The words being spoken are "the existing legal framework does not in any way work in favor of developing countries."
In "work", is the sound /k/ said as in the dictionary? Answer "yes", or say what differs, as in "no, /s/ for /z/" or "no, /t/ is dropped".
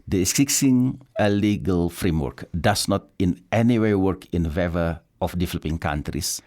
yes